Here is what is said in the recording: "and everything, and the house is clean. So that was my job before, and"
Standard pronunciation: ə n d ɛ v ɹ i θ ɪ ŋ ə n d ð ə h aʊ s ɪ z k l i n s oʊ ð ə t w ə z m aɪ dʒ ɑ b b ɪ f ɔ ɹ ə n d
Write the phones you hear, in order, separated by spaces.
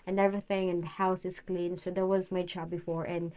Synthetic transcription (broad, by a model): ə n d ɛ v ɹ i θ ɪ ŋ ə n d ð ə h aʊ s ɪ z k l i n s oʊ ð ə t w ə z m aɪ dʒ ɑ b b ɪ f ɔ ɹ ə n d